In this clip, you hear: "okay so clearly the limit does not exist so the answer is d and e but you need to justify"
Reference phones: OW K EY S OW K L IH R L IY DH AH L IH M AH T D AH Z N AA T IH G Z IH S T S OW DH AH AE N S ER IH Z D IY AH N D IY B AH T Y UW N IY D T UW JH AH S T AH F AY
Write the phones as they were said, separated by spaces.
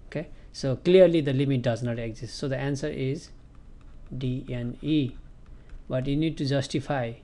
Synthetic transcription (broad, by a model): OW K EY S OW K L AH R L IY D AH L IH M AH T D AH Z N AA T IH G Z IH S T S OW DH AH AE N S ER IH Z D IY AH N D IY B AH T Y UW N IY D T UW JH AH S T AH F AY